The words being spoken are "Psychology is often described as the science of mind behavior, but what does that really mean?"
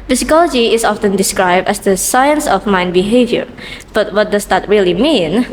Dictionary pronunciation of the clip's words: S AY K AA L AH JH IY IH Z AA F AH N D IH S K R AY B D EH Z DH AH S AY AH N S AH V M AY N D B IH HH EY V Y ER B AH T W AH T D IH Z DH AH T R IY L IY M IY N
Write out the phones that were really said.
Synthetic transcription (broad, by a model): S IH K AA L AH JH IY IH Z AA F AH N D IH S K R AY B D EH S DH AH S AY AH N S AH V M AY N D B IH HH EY V Y ER B AH T W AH T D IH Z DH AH T R IY L IY M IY N